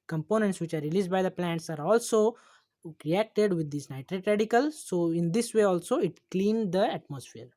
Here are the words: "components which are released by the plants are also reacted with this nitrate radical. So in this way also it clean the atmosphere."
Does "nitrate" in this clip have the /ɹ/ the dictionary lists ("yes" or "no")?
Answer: yes